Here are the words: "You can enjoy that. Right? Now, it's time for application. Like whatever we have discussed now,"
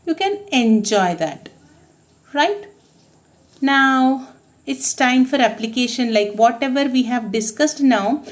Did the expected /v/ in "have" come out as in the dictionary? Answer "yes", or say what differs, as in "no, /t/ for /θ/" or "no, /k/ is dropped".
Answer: yes